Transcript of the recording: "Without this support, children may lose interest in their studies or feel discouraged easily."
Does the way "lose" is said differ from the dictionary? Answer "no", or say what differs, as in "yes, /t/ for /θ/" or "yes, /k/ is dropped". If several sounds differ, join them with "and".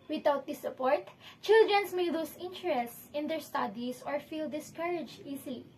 yes, /s/ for /z/